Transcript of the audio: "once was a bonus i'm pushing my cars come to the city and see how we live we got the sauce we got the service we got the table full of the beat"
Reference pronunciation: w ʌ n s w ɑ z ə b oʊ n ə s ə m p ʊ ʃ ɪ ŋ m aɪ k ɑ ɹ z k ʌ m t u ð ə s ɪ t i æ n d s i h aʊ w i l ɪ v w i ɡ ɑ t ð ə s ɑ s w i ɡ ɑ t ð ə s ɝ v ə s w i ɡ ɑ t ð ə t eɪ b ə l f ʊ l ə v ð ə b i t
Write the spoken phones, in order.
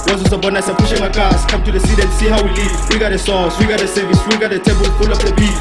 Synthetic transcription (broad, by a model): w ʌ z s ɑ s ə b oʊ n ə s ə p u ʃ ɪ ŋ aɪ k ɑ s k ʌ m t u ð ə s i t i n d s i h aʊ w i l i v w i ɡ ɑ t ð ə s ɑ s w i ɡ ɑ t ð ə s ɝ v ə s w i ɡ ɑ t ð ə t eɪ b ə l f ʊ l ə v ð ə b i